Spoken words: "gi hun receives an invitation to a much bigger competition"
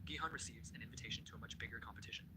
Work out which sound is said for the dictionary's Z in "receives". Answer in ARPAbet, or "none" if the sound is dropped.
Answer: Z